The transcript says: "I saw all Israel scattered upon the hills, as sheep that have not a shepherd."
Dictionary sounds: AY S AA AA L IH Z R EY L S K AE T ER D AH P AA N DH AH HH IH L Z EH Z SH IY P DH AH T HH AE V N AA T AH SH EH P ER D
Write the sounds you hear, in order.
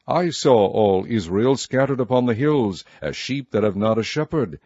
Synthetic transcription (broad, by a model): AY S AA AA L IH Z R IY L S K AE T ER D AH P AA N DH AH HH IH L Z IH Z SH IY P DH AH T HH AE V N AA T AH SH EH P ER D